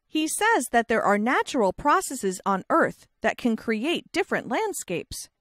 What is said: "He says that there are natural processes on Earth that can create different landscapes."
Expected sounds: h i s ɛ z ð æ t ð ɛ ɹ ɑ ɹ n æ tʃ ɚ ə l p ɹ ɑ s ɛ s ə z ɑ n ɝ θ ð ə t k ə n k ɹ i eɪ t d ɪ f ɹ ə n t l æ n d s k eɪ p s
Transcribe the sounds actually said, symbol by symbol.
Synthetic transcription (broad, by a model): h i s ɛ z ð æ t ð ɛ ɹ ɑ ɹ n æ tʃ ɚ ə l p ɹ ɑ s ɛ s ə z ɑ n ɝ θ ð ə t k ə n k ɹ i eɪ t d ɪ f ɹ ə n t l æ n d s k eɪ p s